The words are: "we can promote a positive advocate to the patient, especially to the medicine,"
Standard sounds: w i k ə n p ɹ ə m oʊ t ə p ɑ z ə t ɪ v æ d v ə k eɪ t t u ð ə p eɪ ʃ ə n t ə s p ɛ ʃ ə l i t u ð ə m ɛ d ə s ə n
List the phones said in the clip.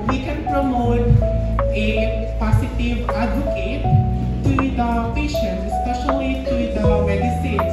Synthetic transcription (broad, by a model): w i k ə n p ɹ ə m oʊ t ə p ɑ s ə t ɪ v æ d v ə k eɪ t t u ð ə p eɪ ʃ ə n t ə s p ɛ ʃ ə l i t u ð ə m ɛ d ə s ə n